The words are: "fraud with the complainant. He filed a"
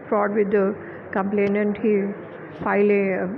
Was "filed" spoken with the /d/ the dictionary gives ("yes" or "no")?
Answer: no